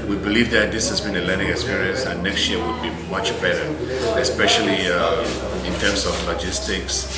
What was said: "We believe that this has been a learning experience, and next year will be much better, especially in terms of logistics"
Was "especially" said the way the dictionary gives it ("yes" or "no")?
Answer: yes